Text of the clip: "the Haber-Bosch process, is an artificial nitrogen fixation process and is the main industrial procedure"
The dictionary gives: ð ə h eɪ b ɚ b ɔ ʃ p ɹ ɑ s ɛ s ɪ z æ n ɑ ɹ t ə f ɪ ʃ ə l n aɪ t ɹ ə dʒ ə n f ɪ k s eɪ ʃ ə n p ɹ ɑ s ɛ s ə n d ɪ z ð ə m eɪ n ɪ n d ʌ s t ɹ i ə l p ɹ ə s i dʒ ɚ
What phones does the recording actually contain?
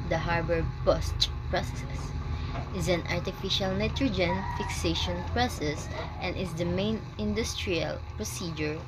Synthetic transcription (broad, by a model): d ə h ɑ b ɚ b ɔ s p ɹ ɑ s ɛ s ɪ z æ n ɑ ɹ t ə f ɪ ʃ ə l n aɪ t ɹ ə dʒ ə n f ɪ k s eɪ ʃ ə n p ɹ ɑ s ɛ s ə n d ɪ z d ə m eɪ n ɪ n d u s t ɹ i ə l p ɹ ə s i dʒ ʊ